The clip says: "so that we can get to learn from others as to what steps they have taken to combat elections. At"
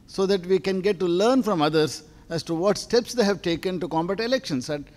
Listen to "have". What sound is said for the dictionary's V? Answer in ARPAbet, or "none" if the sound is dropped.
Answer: V